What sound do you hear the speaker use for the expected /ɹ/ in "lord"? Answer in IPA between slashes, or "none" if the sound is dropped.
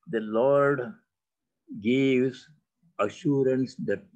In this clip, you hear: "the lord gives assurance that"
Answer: /ɹ/